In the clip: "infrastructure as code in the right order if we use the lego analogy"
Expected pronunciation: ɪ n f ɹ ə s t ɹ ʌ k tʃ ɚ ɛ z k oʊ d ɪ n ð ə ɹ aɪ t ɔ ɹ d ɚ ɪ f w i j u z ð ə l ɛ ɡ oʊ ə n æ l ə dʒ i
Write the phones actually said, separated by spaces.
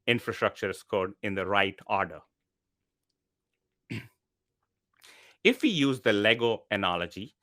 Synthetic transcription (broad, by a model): ɪ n f ɹ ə s t ɹ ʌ k tʃ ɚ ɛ s k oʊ d ɪ n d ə ɹ aɪ t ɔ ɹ d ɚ ɪ f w i j u z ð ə l ɛ ɡ oʊ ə n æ l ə dʒ i